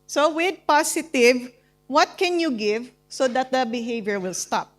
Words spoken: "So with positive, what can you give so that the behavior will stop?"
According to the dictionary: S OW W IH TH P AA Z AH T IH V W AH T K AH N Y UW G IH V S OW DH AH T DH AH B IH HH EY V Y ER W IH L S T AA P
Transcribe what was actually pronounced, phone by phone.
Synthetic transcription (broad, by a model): S OW W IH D P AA S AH T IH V W AH T K AH N Y UW G IH V S OW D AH T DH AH B IH HH EY V Y ER W IH L S T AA P